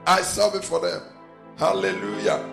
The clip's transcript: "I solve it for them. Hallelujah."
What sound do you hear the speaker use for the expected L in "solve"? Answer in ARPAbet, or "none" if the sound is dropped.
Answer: none